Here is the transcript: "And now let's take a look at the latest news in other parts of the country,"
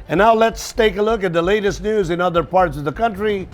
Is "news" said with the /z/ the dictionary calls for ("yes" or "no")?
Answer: yes